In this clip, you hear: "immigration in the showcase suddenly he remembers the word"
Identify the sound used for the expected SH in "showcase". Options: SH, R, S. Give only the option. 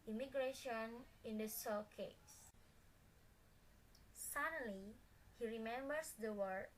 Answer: S